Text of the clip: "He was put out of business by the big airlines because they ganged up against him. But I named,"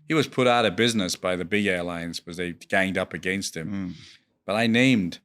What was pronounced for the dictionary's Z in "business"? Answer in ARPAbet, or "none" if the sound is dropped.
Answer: Z